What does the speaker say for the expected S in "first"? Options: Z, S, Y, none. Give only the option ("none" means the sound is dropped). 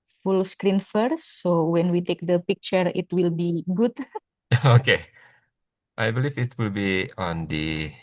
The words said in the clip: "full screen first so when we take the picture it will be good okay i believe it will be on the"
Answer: none